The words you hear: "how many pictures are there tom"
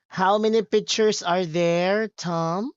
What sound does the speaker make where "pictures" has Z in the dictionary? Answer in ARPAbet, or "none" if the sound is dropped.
S